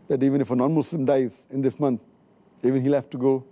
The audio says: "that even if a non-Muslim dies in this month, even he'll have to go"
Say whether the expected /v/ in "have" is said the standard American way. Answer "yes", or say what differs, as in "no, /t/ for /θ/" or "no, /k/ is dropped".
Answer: no, /f/ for /v/